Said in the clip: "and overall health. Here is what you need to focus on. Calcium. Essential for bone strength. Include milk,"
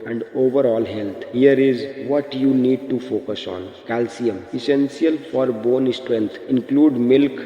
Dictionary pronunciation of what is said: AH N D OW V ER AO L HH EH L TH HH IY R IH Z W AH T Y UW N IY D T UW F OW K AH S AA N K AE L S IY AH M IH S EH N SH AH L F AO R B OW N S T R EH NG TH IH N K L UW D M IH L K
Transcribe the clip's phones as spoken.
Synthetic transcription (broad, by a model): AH N D OW V ER AO L HH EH L T HH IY R IH Z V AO T Y UW N IY D T UW F OW K AH S AA N K AE L S IY AH M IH S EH N S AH L F AO R B OW N S T R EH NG T IH N K L UW D M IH L K